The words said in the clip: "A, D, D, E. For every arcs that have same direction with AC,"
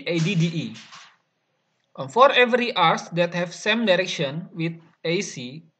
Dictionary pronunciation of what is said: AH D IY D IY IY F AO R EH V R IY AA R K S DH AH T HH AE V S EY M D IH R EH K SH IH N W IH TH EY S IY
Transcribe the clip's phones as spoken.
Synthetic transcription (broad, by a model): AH D IY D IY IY F AO R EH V R IY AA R S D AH T HH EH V S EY M D IH R EH K SH IH N W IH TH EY S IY